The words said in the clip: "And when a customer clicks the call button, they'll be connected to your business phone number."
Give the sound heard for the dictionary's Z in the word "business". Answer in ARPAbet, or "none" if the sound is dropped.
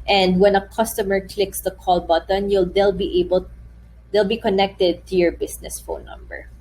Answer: S